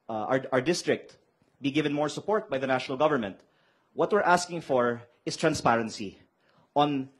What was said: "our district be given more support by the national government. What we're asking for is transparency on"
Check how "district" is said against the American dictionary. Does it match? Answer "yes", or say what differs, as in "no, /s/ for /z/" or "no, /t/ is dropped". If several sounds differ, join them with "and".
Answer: yes